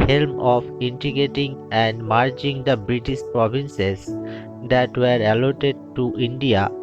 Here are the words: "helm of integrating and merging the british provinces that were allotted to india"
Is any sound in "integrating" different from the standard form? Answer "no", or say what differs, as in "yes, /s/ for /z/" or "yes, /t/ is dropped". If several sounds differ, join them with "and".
yes, /ɹ/ is dropped